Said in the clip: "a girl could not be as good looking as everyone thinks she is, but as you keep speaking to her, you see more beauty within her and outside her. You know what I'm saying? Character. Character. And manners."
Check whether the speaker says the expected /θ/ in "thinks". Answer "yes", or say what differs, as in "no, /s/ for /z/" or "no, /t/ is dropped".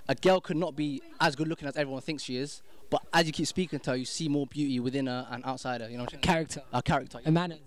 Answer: yes